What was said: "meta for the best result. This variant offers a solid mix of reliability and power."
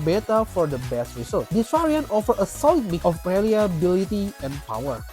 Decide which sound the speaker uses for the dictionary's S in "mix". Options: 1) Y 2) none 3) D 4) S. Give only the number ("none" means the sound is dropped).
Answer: 2